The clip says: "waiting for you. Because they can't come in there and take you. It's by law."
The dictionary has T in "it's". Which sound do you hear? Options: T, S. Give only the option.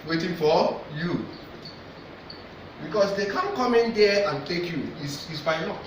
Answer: S